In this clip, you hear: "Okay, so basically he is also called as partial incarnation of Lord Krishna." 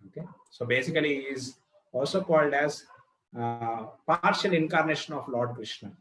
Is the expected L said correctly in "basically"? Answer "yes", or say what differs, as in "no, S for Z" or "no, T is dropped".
no, L is dropped